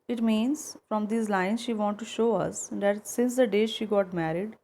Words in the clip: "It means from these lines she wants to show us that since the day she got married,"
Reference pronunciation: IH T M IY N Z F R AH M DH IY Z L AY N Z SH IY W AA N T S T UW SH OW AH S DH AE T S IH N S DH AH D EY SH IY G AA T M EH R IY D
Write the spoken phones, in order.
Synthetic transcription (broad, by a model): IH T M IY N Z F R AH M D IY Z L AY N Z SH IY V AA N T T UW SH OW AH S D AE T S IH N S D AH D EY SH IY G AA T M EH R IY D